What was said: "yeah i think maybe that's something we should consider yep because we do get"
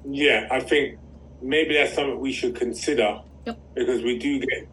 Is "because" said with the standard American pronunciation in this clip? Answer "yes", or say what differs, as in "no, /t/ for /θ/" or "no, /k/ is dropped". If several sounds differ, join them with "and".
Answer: yes